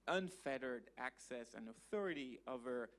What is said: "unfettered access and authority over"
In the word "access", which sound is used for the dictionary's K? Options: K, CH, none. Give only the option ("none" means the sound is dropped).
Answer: K